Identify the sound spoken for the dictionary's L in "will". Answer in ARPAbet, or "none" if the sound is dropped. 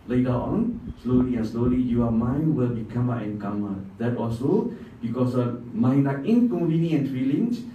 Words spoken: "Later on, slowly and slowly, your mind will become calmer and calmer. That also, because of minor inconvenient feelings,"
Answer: L